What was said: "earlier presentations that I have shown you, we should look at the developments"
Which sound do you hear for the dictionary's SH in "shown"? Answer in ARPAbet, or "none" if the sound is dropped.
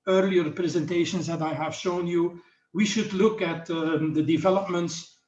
SH